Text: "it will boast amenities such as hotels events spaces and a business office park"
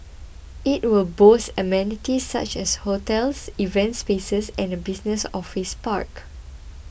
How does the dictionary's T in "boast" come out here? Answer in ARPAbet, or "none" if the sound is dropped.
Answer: none